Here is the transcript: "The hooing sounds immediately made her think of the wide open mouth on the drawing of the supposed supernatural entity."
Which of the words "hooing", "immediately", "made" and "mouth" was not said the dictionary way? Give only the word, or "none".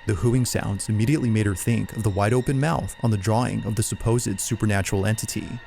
none